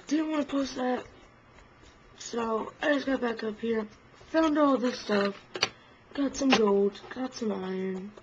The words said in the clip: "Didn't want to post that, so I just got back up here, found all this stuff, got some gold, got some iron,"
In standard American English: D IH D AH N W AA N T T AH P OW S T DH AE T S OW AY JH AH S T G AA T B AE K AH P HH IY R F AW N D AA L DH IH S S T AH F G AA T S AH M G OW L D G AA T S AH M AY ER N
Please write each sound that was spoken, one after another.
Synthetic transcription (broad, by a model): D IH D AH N W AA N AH P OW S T DH AE T S OW AY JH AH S G AA T B AE K AH P HH IY R F AW N D AA L DH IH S S T AH F G AA T S AH M G OW L D G AA T S AH M AY ER N